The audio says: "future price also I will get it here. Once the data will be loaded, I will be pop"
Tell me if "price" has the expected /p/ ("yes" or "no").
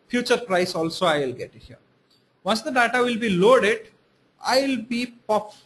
yes